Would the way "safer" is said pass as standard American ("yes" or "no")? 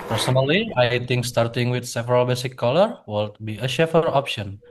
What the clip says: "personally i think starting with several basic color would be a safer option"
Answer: no